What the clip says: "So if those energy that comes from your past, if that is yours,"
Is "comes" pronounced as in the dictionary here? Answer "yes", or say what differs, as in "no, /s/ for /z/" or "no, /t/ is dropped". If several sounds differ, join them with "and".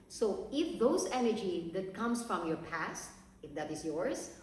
no, /s/ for /z/